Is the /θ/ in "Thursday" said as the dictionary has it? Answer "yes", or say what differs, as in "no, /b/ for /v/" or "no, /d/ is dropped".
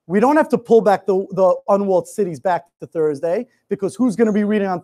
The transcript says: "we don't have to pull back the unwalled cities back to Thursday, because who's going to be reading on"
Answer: yes